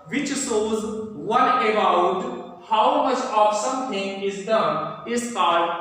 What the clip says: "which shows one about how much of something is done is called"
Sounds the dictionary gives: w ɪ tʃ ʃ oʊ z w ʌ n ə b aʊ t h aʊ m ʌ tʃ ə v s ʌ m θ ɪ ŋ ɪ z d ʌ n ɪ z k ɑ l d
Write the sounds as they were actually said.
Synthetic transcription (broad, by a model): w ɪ tʃ s oʊ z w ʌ n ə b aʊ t h aʊ m ʌ tʃ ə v s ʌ m t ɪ ŋ ɪ z d ʌ n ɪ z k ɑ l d